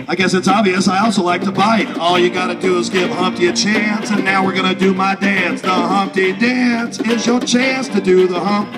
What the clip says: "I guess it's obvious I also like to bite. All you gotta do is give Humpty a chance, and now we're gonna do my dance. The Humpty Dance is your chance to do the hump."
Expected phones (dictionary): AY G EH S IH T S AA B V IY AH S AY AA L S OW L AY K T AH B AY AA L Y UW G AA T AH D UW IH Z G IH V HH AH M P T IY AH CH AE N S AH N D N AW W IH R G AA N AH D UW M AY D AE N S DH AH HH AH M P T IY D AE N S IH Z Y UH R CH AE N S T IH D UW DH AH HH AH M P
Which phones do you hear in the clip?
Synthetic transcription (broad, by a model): AY G EH S IH T S AA B V IY AH S AY AA L S OW L AY K T AH B AY AA L Y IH G AA T AH D IH Z G IH V HH AH M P T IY AH CH AE N S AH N N AW W IH R G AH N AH D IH M AY D AE N S DH AH HH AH M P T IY D AE N S IH Z Y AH R CH AE N S T IH D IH DH AH HH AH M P